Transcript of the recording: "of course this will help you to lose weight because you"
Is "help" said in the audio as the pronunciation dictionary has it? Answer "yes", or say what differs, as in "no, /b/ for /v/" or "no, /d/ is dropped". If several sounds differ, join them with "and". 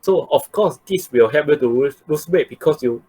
no, /l/ is dropped